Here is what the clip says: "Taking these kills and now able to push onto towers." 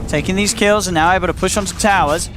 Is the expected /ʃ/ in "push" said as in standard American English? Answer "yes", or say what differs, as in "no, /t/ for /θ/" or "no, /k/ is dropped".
yes